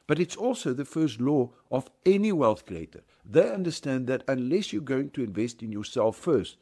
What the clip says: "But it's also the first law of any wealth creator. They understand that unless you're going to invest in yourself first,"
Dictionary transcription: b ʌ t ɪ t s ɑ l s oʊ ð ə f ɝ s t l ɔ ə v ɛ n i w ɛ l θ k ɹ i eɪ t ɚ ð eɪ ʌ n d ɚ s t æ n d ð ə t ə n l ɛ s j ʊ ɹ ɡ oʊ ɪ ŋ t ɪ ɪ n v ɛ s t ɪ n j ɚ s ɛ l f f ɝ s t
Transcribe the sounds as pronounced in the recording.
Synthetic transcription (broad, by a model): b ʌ t ɪ t s ɑ l s oʊ ð ə f ɝ s t l ɔ ə v ɛ n i w ɛ l θ k ɹ i eɪ t ɚ ð eɪ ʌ n d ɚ s t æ n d ð ə t ə n l ɛ s j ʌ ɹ ɡ oʊ ɪ ŋ t ɪ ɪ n v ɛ s t ɪ n j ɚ s ɛ l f f ɝ s t